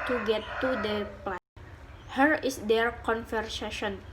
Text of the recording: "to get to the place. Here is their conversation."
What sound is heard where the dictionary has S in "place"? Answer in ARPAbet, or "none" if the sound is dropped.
none